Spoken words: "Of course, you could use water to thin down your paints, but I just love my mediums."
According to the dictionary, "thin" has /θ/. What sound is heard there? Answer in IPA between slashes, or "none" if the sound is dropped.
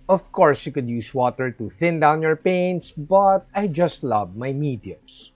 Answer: /θ/